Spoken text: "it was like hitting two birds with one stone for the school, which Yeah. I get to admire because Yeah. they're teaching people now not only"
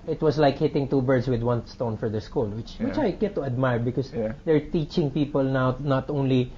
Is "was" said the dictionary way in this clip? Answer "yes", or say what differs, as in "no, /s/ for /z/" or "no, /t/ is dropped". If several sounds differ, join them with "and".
no, /s/ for /z/